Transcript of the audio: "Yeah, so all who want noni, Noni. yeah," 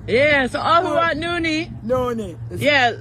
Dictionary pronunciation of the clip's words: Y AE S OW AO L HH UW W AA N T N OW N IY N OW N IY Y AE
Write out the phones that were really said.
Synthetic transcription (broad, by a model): Y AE S OW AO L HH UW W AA T N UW N IY N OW N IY Y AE